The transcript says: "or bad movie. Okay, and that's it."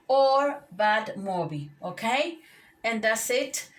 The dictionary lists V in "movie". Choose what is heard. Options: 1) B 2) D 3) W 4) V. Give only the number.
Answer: 1